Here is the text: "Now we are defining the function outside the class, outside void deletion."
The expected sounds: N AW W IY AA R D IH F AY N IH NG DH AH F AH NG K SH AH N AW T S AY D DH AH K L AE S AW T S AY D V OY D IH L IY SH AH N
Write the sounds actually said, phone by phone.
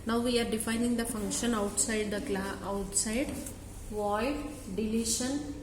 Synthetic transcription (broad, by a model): N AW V IY AA R D IH F AY N IH NG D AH F AH NG K SH AH N AW T S AY D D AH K L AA AW T S AY D V OY D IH L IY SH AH N